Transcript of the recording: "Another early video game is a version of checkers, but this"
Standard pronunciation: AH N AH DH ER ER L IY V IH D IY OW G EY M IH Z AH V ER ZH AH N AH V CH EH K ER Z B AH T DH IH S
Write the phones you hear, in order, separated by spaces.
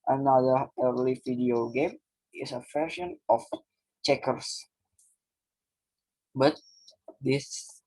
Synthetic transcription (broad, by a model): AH N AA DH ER ER L IY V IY D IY OW G EY M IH S AH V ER SH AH N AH F CH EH K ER S B AH T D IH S